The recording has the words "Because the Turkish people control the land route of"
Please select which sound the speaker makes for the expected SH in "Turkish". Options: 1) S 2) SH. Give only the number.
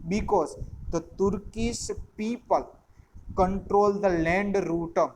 1